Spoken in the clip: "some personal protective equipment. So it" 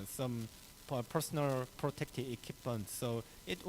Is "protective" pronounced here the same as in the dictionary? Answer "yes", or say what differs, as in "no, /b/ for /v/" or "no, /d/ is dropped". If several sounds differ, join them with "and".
no, /v/ is dropped